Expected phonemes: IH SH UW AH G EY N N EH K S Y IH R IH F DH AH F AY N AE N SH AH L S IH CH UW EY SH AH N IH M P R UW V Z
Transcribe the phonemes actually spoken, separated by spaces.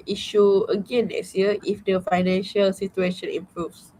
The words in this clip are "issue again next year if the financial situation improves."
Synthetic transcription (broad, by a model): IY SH UW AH G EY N N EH S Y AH IH F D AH F AY N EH N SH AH L S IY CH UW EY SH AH N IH M P R UW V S